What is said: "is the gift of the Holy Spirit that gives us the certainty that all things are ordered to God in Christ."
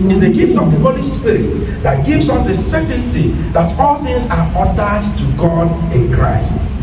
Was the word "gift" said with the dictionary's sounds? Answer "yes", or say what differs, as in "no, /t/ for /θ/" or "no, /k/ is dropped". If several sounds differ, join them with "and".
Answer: yes